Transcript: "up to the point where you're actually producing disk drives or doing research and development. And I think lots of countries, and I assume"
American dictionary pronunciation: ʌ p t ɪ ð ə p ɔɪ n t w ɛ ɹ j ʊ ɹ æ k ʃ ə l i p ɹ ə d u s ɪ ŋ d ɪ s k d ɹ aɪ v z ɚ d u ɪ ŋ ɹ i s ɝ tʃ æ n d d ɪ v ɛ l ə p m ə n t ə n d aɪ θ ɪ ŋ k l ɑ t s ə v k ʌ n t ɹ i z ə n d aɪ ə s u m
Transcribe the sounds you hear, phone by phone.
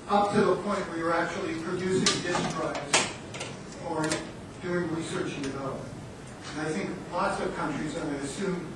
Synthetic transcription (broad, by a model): ʌ p t ɪ ð ə p ɔɪ n t w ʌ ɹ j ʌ ɹ æ k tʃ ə l i p ɹ ə d u s ɪ ŋ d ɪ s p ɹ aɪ z ɚ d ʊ ɪ ŋ ɹ i s ɝ tʃ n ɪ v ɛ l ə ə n ə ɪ θ ɪ ŋ k l ɑ t s ə v k ʌ n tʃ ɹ i z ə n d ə s u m